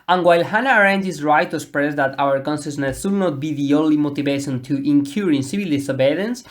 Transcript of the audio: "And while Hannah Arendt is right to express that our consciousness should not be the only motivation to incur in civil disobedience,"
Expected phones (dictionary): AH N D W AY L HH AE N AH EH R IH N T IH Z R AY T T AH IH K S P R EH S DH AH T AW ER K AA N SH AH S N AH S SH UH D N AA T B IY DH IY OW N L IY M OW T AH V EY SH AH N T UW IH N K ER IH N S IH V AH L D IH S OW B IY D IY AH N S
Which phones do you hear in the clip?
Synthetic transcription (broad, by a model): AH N W AY L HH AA N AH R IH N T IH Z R AY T T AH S P R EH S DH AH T AW ER K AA N S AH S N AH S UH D N AA T B IY DH IY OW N L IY M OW T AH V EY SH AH N T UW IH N K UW IH N S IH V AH L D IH S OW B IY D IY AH N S